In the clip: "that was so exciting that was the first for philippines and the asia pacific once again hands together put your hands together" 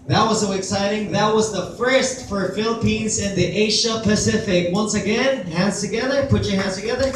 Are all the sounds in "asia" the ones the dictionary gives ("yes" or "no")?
no